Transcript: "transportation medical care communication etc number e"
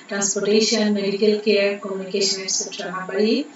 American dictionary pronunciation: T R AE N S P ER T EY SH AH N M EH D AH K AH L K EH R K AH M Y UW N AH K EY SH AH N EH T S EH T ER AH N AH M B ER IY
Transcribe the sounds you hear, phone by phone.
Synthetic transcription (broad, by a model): T R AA N S P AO T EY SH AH N M EH D AH K AH L K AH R K AH M Y UW N AH K EY SH AH N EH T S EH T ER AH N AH B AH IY